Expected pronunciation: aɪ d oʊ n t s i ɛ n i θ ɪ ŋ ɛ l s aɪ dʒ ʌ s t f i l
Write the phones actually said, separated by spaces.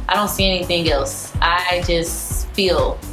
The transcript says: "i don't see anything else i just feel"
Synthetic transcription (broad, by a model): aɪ d oʊ n t s i ɛ n i θ ɪ ŋ ɛ l s aɪ dʒ ʌ s t f i l